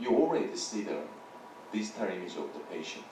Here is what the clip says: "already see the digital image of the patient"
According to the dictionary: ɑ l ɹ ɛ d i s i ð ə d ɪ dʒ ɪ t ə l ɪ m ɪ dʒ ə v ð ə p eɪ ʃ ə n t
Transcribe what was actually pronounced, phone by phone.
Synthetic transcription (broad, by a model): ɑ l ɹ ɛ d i s i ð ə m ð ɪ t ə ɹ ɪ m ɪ z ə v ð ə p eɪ ʃ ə n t